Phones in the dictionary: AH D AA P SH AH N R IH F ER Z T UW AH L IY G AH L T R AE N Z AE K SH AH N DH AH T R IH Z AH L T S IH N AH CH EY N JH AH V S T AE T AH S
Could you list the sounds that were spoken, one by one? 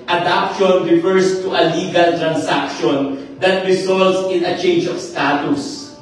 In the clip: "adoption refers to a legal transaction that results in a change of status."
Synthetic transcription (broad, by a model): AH D AA P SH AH N R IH F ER S T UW AH L IY G AH L T R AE N S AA K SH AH N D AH T R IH S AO L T S IH N AH CH EY N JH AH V S T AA T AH S